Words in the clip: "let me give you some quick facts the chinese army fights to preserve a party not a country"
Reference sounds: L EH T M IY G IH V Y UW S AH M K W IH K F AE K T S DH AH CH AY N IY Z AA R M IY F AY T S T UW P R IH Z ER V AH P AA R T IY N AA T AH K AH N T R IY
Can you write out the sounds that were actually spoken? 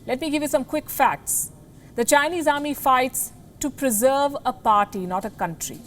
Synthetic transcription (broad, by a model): L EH T M IY G IH V Y UW S AH M K W IH K F AE K T S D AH CH AY N IY Z AA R M IY F AY T S T UW P R IH Z ER V AH P AA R T IY N AA T AH K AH N T R IY